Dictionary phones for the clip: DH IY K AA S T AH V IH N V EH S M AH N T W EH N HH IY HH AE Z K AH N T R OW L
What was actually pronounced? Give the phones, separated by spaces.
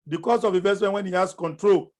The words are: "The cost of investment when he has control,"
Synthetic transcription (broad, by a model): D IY K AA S AH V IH V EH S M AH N W EH N HH IY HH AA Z K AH N T R OW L